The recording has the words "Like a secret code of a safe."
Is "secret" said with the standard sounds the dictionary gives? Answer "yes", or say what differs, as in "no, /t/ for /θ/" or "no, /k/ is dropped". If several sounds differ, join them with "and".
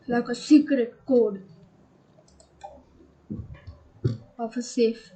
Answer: no, /ɹ/ is dropped